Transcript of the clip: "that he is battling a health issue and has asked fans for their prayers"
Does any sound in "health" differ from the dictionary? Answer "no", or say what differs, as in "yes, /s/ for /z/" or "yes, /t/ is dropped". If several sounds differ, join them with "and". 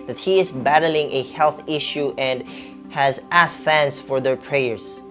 no